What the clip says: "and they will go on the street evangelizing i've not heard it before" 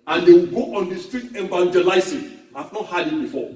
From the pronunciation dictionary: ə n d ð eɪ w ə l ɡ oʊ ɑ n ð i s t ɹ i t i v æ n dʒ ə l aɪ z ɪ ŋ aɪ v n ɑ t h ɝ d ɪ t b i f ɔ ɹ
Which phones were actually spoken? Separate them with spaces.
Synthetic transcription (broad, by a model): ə n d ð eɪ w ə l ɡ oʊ ɑ n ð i s t ɹ i t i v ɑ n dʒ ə l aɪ s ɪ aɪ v n ɑ t h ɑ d ɪ t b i f ɔ